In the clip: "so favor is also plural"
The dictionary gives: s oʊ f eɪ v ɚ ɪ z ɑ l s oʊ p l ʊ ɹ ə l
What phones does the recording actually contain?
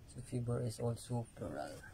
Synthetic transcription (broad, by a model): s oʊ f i b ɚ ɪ s ɑ l s oʊ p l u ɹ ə l